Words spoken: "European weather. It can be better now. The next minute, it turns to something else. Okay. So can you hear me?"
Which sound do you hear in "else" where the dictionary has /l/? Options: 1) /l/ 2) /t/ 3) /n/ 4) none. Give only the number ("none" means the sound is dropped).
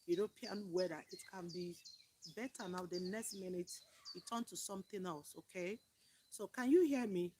1